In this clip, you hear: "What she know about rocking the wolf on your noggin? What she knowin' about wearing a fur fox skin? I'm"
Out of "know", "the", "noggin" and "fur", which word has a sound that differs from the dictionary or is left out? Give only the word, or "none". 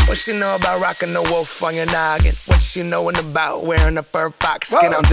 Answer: fur